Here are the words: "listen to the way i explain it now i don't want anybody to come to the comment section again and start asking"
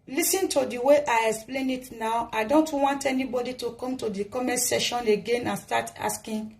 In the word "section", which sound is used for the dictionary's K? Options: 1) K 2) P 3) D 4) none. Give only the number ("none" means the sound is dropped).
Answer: 4